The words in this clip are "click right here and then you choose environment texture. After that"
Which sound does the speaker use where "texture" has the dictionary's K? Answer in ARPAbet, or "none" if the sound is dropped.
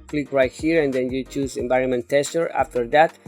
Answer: none